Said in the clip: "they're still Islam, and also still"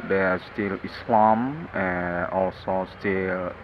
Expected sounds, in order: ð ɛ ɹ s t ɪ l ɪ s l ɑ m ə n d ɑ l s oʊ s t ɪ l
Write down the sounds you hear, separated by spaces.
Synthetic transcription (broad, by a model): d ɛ s t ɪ l ɪ s l ɑ m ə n ɑ l s oʊ s t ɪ l